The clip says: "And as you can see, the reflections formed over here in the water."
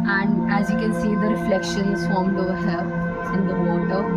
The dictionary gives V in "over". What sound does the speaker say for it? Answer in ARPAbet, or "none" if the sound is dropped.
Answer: none